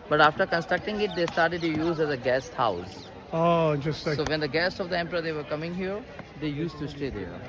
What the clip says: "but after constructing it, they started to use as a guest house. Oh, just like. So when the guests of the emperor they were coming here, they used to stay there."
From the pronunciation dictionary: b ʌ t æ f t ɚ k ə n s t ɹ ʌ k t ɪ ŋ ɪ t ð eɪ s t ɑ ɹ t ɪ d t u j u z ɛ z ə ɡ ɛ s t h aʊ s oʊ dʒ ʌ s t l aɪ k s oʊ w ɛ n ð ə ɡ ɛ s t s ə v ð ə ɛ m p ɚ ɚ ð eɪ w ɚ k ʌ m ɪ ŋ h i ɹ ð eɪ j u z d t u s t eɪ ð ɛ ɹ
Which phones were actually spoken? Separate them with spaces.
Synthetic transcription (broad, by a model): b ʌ t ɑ f t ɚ k ə n s t ɹ ʌ k t ɪ ŋ ɪ t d eɪ s t ɑ ɹ t ɪ d t u j u z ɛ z ə ɡ ɛ s t h aʊ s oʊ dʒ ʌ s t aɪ s oʊ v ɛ n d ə ɡ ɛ s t s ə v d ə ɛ m p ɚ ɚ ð eɪ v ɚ k ʌ m ɪ ŋ h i ɹ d eɪ j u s t u s t eɪ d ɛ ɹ